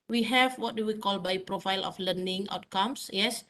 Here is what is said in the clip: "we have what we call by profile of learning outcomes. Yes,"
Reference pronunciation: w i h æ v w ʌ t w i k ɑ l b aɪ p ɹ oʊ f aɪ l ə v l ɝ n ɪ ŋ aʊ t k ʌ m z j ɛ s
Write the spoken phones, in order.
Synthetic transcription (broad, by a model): w i h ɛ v w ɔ t w i k ɑ l b aɪ p ɹ oʊ f aɪ l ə f l ɝ n ɪ ŋ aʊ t k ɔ m s j ɛ s